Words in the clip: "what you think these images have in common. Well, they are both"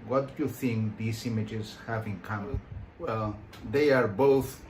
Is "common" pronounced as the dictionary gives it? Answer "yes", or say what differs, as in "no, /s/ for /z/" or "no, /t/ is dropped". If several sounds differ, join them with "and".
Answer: no, /l/ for /n/